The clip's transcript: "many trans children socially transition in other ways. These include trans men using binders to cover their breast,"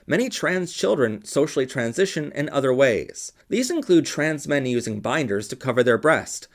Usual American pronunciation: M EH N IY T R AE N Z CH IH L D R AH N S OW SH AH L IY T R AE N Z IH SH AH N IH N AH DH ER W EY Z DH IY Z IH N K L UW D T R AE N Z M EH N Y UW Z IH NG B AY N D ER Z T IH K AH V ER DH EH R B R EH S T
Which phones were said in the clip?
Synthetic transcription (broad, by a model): M EH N IY T R AE N Z CH IH L D R AH N S OW SH L IY T R AE N Z IH SH AH N IH N AH DH ER W EY Z DH IY Z IH N K L UW D T R AE N Z M EH N Y UW Z IH NG B AY N D ER Z T IH K AH V ER DH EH R B R EH S T